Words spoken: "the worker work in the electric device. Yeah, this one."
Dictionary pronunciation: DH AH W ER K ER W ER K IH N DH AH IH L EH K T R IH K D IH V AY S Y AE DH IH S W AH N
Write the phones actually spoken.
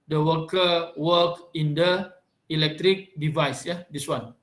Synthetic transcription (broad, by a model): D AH W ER K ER W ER K IH N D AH IH L EH K T R IH K D IH V AY S Y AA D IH S W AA N